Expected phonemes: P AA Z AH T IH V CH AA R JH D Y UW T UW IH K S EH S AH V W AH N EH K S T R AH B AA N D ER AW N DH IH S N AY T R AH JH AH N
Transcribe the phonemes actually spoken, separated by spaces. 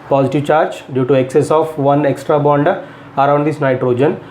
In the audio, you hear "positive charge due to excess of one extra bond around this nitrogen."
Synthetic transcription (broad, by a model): P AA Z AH T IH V CH AA R JH D Y UW T UW IH K S EH S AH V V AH N EH K S T R AH B AA N D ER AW N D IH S N AY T R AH JH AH N